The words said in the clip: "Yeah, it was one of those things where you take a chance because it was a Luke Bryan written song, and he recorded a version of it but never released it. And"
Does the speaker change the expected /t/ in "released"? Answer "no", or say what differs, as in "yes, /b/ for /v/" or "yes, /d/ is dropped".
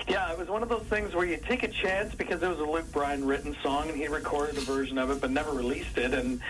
no